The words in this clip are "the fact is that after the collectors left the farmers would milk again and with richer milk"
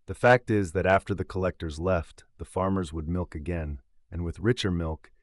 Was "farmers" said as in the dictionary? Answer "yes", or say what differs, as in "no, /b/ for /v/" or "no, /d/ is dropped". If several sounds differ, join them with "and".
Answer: yes